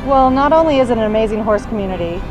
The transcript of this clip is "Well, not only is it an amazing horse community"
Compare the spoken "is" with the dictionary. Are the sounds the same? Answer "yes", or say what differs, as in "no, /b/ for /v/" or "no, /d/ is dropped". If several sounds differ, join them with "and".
yes